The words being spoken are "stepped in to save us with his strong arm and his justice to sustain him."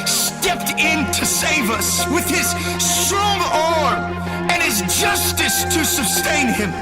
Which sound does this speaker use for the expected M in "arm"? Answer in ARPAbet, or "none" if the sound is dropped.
none